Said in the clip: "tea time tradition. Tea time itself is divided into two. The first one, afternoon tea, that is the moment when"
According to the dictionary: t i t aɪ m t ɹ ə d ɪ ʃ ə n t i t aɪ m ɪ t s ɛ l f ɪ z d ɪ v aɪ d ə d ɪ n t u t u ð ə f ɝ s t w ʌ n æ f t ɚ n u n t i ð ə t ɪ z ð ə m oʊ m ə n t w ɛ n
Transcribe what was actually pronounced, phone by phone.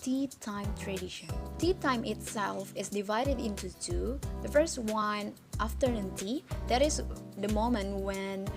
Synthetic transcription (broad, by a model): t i t aɪ m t ɹ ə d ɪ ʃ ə n t i t aɪ m ɪ t s ɛ l f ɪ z d ɪ v aɪ d ə d ɪ n t u t u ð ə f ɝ s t w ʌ n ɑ f t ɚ ɛ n t i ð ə t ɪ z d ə m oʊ m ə n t w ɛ n